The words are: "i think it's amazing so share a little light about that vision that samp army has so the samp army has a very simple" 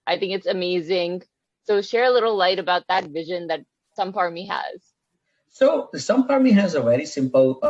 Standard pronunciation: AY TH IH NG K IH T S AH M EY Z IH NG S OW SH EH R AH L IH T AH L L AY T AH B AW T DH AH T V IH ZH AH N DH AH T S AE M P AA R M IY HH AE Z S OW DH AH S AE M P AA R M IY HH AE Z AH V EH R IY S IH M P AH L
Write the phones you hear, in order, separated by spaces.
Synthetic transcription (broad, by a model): AY TH IH NG K IH T S AH M EY Z IH NG S OW SH EH R AH L IH T L L AY T AH B AW T DH AH T V IH ZH AH N DH AH T S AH M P AA R M IY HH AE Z S OW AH S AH M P AA R M IY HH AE Z AH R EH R IY S IH M P L